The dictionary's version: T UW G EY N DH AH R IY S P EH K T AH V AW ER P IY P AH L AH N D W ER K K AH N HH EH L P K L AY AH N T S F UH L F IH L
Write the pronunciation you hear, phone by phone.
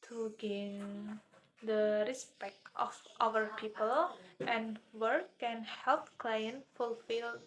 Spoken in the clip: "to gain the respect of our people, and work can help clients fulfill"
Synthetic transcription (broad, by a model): T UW G EY N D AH R IY S P EH K T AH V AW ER P IY P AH L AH N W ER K K AH N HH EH L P K L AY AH N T F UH L F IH L